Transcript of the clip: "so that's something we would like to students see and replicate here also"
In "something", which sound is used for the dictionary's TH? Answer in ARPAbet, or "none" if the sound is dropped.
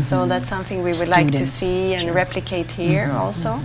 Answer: TH